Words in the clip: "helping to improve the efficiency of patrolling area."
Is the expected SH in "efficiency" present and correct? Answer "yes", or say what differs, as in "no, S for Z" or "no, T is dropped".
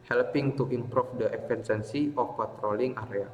no, S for SH